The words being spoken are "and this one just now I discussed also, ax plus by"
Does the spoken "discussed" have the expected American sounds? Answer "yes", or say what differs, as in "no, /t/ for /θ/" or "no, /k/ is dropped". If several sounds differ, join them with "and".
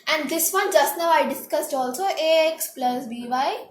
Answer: yes